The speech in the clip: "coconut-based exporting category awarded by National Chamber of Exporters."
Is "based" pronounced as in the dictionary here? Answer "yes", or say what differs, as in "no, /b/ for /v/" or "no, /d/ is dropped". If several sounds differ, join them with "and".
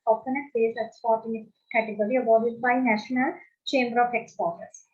no, /t/ is dropped